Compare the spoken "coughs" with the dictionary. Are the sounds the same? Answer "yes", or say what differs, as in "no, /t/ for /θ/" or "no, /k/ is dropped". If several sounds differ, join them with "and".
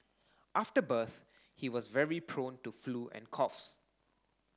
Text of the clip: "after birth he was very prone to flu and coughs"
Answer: yes